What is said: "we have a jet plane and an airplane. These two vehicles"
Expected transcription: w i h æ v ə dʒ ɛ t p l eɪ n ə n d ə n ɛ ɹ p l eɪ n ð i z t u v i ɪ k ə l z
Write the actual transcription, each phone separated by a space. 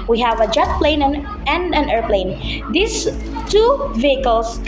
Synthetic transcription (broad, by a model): w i h æ v ə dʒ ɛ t p l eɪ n ə n d ə n ɛ ɹ p l eɪ n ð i s t u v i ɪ k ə l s